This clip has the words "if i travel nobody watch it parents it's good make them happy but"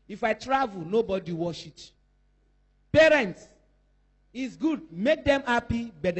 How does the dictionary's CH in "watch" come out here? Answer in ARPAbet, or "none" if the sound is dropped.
SH